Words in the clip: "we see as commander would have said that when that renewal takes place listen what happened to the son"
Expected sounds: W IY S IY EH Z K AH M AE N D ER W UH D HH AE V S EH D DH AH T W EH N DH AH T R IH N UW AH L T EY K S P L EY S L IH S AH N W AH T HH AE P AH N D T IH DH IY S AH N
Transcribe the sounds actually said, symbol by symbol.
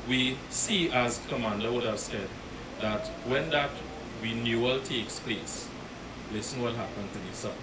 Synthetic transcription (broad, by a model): W IY S IY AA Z K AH M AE N D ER W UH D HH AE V S EH D DH AH T W EH N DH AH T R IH N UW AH L T EY K S P L EY S L IH S AH N W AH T HH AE P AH N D T IH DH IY S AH